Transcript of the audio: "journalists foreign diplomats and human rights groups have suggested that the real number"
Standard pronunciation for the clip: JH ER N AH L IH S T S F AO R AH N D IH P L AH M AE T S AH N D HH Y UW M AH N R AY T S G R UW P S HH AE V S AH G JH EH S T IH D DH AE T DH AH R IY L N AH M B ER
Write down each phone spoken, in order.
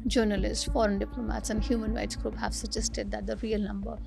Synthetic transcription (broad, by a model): JH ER N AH L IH S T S F AO R AH N D IH P L AH M AE T S AH N D HH Y UW M AH N R AY T S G R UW P HH AE V S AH JH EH S T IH D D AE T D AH R IY L N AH M B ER